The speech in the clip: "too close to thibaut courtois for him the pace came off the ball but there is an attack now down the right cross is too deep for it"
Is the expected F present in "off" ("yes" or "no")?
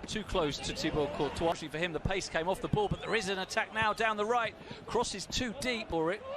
yes